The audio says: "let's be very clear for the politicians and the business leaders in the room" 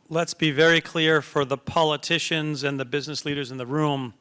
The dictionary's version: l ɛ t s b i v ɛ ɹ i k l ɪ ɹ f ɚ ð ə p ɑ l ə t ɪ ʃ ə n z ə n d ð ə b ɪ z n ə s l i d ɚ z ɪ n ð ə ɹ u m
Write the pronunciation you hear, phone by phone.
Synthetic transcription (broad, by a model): l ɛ t s b i v ɛ ɹ i k l ɪ ɹ f ɚ ð ə p ɑ l ə t ɪ ʃ ə n z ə n ð ə b ɪ z n ə s l i d ɚ z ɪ n ð ə ɹ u m